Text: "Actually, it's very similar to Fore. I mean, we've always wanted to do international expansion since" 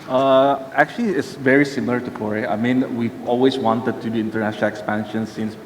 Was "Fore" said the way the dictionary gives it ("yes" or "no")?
no